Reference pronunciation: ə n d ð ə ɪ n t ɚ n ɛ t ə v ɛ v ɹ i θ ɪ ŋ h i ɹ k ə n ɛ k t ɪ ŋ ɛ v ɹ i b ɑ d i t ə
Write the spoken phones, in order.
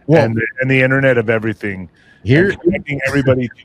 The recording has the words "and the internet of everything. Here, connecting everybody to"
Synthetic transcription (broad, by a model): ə n ð ə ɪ n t ɚ n ɛ t ə v ɛ v ɹ i θ ɪ ŋ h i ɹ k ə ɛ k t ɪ ŋ ɛ v ɹ i b ɑ d i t